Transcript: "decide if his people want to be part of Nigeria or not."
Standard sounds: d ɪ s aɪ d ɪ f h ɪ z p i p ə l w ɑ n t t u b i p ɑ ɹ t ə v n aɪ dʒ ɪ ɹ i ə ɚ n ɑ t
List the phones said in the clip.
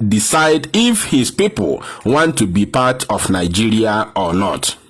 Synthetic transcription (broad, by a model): d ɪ s aɪ d ɪ f h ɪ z p i p ə l w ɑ n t t u b i p ɑ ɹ t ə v n aɪ dʒ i ɹ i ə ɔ n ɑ t